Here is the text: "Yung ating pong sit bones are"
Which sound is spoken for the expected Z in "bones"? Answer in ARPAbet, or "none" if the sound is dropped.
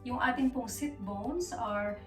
S